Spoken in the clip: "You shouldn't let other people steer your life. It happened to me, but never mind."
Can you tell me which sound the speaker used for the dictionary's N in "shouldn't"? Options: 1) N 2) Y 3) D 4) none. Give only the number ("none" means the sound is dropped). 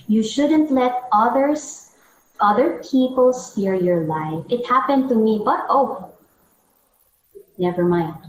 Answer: 1